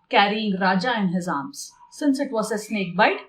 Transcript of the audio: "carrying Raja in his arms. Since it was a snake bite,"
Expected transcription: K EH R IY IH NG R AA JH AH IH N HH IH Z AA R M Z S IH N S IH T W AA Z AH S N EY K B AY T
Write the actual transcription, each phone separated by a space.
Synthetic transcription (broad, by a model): K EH R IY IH NG R AA JH AH IH N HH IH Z AA M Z S IH N S IH T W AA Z AH S N EY K B AY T